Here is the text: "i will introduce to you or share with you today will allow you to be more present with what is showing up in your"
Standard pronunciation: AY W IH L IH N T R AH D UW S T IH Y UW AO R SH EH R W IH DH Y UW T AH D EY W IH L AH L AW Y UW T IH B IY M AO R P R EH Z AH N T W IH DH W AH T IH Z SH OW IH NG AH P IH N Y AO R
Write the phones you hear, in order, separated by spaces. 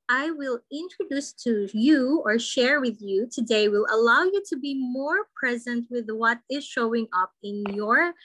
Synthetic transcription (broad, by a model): AY W IH L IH N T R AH D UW S T IH Y UW AO R SH EH R W IH DH Y UW T AH D EY W IH L AH L AW Y UW T IH B IY M AO R P R EH Z AH N T W IH DH W AH T IH Z SH OW IH NG AH P IH N Y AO R